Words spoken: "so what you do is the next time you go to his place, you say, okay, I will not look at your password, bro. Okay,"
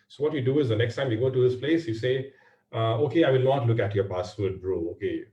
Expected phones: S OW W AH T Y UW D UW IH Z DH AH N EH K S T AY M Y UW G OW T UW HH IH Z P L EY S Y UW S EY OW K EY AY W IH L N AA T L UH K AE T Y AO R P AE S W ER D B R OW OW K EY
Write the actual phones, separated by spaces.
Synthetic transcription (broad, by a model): S OW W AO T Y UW D UW IH Z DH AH N EH K S T AY M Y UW G OW T UW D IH S P L EY S Y UW S EY OW K EY AY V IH L N AA T L UH K AE T Y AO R P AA S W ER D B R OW OW K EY